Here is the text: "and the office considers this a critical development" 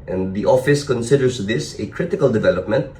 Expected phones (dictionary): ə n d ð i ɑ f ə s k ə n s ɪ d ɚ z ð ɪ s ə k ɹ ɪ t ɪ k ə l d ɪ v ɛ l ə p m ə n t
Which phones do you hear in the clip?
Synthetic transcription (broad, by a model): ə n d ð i ɑ f ə s k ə n s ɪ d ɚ s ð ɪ s ə k ɹ ɪ t ɪ k ə l d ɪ v ɛ l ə p m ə n t